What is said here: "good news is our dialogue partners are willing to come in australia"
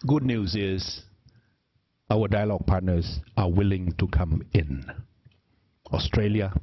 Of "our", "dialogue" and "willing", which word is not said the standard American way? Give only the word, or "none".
our